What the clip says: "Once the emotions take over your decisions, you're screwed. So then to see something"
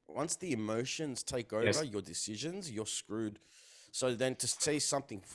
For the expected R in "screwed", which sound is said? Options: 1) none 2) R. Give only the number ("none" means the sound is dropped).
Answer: 2